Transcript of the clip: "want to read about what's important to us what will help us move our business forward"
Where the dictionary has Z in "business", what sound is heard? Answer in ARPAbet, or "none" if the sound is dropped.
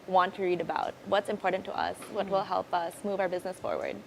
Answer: Z